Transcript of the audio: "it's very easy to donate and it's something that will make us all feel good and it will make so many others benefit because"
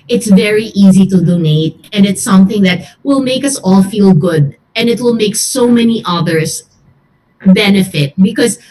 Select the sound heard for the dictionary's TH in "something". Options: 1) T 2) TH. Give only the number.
2